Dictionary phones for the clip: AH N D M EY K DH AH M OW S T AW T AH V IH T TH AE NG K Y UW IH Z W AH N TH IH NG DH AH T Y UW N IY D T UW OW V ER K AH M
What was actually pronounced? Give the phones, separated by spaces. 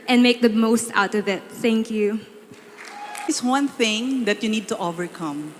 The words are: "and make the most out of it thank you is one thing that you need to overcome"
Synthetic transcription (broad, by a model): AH N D M EY K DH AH M OW S T AW T AH V IH T TH AE NG K Y UW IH S W AH N TH IH NG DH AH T Y UW N IY D T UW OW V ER K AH M